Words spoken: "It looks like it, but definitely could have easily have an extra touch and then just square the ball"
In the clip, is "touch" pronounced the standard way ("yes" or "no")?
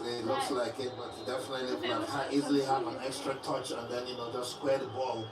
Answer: yes